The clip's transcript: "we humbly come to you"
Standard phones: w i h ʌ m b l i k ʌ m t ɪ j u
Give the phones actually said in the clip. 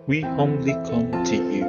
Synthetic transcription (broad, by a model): w i h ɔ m l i k ʌ m t ɪ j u